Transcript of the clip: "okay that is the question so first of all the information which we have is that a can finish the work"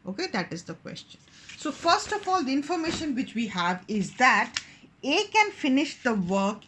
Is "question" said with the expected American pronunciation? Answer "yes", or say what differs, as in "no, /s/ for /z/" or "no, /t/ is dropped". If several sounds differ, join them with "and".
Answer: yes